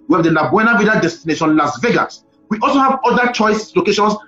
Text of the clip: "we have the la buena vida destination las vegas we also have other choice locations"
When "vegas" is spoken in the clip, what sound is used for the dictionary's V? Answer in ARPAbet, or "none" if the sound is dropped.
V